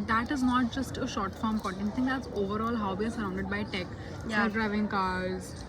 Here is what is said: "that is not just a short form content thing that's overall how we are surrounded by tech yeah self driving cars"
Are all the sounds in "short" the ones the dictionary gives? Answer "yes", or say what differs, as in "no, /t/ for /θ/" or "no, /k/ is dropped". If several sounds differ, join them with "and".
yes